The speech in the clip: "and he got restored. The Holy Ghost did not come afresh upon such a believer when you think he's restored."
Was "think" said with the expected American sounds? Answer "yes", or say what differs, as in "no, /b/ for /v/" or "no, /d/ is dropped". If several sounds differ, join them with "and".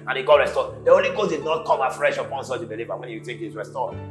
no, /t/ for /θ/ and /ŋ/ is dropped